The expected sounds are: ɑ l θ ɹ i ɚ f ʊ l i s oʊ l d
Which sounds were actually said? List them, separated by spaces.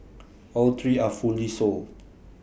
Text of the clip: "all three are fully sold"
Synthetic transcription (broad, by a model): ɑ l t ɹ i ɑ f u l i s oʊ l